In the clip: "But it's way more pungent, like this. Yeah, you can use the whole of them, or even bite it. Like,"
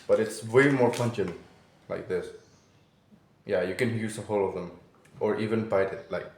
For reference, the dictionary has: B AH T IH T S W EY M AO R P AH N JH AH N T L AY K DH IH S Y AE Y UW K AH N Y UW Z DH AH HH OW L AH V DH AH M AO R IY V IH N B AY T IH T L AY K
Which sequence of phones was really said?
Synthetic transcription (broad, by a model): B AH T IH T S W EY M AO R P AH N CH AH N L AY K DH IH S Y AE Y UW K AH N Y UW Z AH HH OW L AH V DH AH M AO R IY V IH N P AY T IH T L AY K